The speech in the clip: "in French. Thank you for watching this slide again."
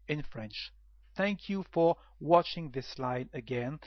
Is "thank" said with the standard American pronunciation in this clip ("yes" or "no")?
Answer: yes